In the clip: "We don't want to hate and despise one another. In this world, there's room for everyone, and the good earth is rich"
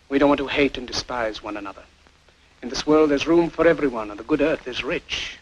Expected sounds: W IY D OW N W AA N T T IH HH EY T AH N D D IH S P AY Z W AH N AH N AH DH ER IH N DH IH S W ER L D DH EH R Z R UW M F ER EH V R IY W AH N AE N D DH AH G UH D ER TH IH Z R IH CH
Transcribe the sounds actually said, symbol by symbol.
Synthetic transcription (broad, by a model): W IY D OW N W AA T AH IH HH EY T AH N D D IH S P AY Z W AH N AH N AH DH ER IH N DH IH S W ER L D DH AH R Z R UW M F ER EH V R IY W AH N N DH AH G UH D ER TH IH Z R IH CH